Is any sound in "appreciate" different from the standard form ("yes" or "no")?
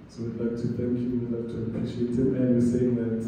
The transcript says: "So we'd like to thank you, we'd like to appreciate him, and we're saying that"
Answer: yes